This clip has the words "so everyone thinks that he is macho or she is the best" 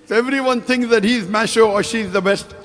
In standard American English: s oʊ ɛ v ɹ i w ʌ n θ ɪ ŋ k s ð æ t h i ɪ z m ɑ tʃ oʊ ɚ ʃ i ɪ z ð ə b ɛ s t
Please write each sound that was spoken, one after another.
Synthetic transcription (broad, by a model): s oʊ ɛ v ɹ i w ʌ n t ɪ ŋ k s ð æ t h i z m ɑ ʃ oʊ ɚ ʃ i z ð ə b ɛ s t